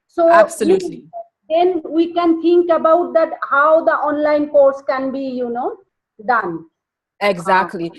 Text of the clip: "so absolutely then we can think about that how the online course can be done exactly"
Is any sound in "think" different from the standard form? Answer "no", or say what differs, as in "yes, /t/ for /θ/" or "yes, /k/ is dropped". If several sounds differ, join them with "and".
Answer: yes, /t/ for /θ/